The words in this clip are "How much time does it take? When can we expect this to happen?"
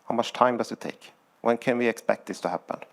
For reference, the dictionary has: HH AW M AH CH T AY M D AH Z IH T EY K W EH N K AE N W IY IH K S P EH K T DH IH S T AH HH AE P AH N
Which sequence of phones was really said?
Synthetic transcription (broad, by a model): HH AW M AH CH T AY M D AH S IH T EY K W EH N K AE N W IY IH K S P EH K T DH IH S T AH HH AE P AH N